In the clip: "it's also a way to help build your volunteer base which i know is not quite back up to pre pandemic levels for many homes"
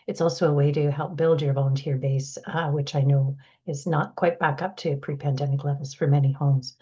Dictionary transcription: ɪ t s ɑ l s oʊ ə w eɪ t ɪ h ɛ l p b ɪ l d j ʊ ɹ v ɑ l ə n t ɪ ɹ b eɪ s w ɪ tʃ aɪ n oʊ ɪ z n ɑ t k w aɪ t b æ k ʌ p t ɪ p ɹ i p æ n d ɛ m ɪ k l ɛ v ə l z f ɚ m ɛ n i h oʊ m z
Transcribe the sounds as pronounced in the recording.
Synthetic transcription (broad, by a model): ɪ t s ɑ l s oʊ ə w eɪ t ɪ h ɛ l p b ɪ l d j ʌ ɹ v ɑ l ə n t ɪ ɹ b eɪ s w ɪ tʃ aɪ n oʊ ɪ z n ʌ t k w aɪ t b æ k ʌ p t ɪ p ɹ i p æ n d ɛ m ɪ k l ɛ v l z f ɚ m ɛ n i h oʊ m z